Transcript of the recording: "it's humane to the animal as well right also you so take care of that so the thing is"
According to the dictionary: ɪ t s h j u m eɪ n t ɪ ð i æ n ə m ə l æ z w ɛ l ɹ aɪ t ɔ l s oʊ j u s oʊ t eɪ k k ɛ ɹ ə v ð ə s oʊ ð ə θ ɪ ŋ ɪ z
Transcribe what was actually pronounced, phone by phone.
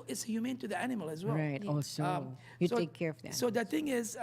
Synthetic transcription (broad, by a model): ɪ t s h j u m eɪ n t ɪ ð i æ n ə m ə l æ z w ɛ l ɹ aɪ t ɔ s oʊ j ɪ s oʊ t eɪ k k ɛ ɹ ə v ð ə s oʊ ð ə θ ɪ ŋ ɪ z